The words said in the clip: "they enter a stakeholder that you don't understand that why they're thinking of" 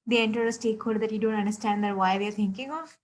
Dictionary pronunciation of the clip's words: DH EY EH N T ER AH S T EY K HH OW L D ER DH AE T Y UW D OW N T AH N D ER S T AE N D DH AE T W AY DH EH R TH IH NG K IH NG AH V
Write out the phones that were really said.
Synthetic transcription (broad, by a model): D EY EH N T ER AH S T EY K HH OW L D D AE T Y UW D OW N T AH N D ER S T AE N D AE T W AY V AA R T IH NG K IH NG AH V